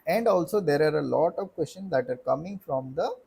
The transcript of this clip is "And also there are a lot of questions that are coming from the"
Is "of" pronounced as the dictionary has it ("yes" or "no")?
yes